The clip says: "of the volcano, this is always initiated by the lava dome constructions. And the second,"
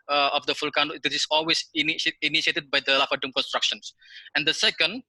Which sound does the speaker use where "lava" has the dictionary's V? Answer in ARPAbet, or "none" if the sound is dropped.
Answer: F